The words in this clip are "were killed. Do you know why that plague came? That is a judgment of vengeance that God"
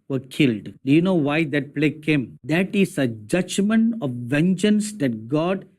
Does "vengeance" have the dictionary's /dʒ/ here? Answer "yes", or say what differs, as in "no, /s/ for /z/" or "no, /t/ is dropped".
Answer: yes